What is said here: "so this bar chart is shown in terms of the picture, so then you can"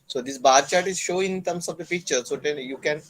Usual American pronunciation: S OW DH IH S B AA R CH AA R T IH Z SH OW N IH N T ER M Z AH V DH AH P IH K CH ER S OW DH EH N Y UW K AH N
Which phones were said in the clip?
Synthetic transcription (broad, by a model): S OW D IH S B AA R CH AA R T IH Z SH OW IH N T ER M S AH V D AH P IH K CH ER S OW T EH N Y UW K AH N